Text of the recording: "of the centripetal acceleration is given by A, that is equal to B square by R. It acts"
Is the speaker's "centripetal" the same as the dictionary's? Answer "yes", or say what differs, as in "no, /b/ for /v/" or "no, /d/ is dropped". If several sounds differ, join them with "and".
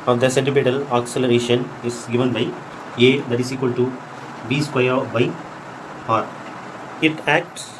no, /ɹ/ is dropped and /b/ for /p/